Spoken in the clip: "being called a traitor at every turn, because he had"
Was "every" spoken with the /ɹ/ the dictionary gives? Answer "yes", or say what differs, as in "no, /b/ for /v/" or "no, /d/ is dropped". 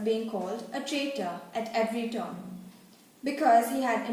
yes